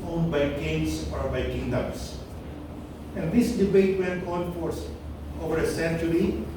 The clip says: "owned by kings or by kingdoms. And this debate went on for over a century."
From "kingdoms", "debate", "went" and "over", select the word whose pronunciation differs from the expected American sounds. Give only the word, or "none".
kingdoms